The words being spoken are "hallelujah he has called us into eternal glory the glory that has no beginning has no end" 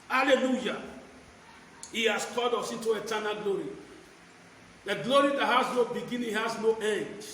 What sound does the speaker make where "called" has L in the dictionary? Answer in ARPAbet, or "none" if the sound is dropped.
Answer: none